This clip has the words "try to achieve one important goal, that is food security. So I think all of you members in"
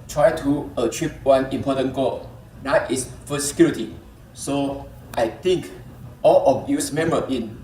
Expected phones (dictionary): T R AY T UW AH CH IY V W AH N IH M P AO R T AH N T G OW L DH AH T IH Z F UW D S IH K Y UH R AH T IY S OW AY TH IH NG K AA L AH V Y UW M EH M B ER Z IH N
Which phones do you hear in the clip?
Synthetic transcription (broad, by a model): T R AY T UW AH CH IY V W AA N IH M P AO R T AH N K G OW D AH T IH S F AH S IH K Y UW R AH T IY S OW AY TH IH NG K AA L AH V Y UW M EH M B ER IH N